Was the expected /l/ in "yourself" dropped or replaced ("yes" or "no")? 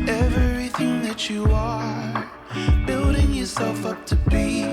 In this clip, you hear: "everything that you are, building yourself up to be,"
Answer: no